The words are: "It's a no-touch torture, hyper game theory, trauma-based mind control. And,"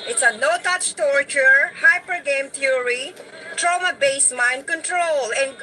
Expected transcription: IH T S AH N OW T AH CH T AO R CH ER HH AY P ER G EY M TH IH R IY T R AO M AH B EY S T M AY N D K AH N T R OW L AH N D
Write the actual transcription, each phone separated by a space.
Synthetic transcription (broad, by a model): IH T S AH N OW T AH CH T AO R CH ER HH AY P ER G EY M T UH R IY T R AO M AH B EY S M AY N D K AH N T R OW L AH N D